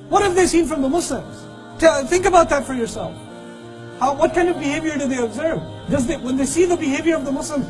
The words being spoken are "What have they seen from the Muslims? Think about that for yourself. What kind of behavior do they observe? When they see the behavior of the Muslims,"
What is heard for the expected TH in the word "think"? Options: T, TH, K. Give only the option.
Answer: TH